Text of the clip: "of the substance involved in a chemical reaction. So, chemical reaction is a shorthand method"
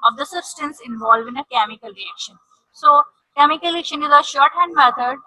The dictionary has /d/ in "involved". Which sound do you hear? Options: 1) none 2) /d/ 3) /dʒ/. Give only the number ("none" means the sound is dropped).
1